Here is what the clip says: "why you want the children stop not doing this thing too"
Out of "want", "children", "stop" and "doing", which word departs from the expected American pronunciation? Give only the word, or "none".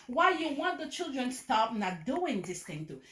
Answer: none